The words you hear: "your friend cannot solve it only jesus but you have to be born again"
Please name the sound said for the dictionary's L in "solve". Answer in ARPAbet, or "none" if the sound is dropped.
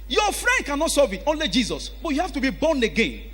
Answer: none